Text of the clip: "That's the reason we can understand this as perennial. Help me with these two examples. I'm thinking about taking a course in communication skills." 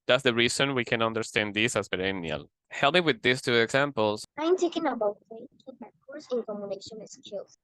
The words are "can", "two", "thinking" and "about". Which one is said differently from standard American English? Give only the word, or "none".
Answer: thinking